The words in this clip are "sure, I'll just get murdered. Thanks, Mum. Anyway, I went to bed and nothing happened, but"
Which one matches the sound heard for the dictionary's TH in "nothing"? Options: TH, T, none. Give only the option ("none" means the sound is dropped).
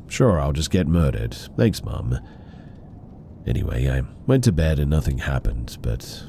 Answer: TH